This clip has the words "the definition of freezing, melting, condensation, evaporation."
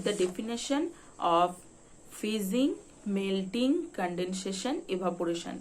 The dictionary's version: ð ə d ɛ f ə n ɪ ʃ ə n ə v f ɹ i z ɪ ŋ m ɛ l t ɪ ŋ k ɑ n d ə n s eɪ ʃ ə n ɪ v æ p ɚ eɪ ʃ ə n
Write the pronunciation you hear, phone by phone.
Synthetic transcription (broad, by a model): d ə d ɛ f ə n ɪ ʃ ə n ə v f i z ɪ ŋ m ɛ l t ɪ ŋ k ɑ n d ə n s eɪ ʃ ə n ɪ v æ p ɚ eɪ ʃ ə n